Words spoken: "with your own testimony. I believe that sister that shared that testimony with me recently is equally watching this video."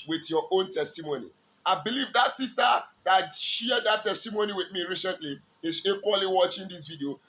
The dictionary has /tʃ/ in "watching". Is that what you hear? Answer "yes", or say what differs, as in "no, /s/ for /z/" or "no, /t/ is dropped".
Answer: yes